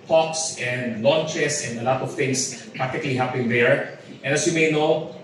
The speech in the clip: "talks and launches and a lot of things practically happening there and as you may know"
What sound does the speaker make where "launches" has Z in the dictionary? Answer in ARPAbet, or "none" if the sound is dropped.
S